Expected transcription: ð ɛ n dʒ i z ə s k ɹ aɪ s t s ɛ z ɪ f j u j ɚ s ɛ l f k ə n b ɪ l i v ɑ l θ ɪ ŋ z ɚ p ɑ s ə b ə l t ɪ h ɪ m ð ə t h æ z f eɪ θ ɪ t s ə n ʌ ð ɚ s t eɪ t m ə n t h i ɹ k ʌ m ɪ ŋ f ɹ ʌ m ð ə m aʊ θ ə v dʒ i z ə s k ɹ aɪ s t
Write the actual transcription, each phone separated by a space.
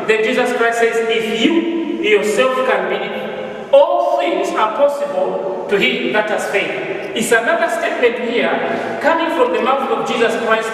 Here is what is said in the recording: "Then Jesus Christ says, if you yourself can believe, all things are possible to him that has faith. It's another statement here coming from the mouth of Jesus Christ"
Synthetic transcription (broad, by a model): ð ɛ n dʒ i z ə s k ɹ aɪ s t s ɛ z ɪ f j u j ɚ s ɛ l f k ə n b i ɑ l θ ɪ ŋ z ɚ p ɑ s ə b ə l t ɪ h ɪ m ð ə t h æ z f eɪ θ ɪ t s ə n ʌ ð ɚ s t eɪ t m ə n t h i ɹ k ʌ m ɪ ŋ f ɹ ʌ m ð ə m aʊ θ ə v dʒ i z ə s k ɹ aɪ s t